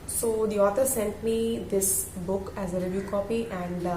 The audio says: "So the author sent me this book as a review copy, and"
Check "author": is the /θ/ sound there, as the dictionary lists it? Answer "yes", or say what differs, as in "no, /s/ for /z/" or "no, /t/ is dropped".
no, /t/ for /θ/